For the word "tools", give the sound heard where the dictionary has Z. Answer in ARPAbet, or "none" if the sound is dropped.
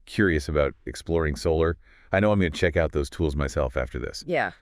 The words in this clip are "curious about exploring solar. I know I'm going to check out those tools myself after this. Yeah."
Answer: Z